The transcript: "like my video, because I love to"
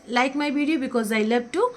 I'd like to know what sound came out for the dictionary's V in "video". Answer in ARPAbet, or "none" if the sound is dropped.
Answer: B